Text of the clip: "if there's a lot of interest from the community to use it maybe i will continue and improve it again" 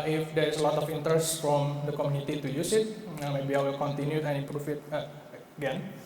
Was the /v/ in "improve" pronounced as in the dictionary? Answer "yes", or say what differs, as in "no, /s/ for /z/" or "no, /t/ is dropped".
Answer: no, /f/ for /v/